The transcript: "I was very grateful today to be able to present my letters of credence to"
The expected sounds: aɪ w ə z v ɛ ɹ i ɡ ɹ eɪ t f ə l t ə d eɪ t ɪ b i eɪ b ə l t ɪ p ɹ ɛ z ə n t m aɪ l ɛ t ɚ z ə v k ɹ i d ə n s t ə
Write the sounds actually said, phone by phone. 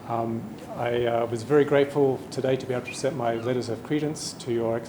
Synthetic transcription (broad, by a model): aɪ w ə z v ɛ ɹ i ɡ ɹ eɪ t f ə l t ə d eɪ t ɪ b i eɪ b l t ɪ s ɛ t m aɪ l ɛ t ɚ z ə v k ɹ i d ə n s t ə